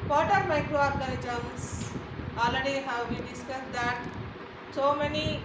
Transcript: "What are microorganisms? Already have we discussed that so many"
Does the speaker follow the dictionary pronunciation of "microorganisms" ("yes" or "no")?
no